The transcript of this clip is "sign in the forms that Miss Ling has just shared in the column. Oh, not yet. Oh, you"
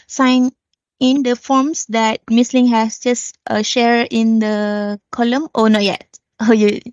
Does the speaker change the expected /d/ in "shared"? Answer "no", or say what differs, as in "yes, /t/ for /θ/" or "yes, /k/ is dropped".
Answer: yes, /d/ is dropped